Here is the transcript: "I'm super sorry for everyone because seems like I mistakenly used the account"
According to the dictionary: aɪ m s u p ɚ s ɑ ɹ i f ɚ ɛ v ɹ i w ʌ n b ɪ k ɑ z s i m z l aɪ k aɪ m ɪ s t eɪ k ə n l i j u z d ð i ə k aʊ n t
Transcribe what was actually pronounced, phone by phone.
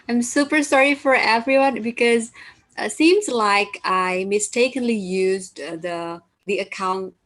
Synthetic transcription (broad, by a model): aɪ m s u p ɚ s ɑ ɹ i f ɚ ɛ v ɹ i w ʌ n b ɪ k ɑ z s i m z l aɪ k aɪ m ɪ s t eɪ k ə n l i j u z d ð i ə k aʊ n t